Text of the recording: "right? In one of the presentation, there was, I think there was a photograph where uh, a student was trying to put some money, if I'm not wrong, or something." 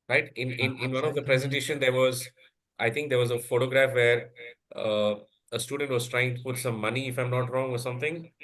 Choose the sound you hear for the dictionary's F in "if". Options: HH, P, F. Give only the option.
F